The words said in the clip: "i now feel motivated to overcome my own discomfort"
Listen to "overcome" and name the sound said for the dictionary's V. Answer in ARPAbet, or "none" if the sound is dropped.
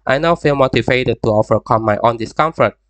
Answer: F